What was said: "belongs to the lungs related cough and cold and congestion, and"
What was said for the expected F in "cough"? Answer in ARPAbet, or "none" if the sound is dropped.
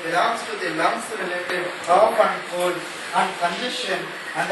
P